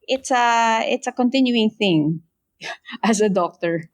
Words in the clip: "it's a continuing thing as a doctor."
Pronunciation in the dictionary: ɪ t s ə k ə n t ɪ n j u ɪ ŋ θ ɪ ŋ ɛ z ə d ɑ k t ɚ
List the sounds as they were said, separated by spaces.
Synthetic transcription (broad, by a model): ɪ t s ə k ə n t ɪ n j u ɪ ŋ θ ɪ ŋ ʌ s ə d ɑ k t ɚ